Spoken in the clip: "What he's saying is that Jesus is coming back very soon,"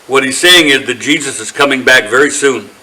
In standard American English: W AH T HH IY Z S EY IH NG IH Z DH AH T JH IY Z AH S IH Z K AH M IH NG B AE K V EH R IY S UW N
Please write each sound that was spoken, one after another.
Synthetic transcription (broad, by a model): W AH T HH IY Z S EY IH NG IH Z DH AH T JH IY Z AH S IH Z K AH M IH NG B AE K V EH R IY S UW N